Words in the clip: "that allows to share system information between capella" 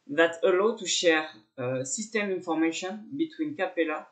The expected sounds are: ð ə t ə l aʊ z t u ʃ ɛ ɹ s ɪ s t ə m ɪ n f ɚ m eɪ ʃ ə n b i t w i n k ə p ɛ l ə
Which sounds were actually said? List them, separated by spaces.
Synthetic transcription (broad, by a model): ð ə t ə l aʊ t u ʃ ɛ ɹ s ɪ s t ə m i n f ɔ m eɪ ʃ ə n b i t w i n k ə p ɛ l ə